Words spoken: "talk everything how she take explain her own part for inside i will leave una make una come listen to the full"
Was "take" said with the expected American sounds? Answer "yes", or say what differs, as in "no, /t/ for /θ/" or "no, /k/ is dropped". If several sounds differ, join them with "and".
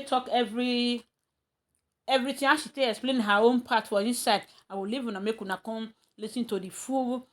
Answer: no, /k/ is dropped